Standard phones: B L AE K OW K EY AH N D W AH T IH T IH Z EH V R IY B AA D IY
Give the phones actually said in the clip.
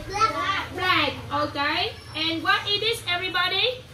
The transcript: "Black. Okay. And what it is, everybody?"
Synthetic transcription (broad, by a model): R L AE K OW K EY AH N W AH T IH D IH S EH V R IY B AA D IY